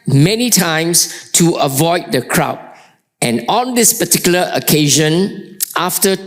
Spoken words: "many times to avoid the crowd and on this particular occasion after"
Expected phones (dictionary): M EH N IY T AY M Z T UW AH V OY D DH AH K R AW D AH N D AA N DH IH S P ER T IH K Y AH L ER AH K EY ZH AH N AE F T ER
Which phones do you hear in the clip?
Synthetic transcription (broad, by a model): M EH N IY T AY M S T UW AH V OY D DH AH K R AW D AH N AA N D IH S P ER T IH K Y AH L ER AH K EY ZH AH N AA F T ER